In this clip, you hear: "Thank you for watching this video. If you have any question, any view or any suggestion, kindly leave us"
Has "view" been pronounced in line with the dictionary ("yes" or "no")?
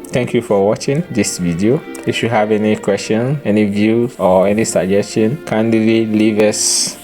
yes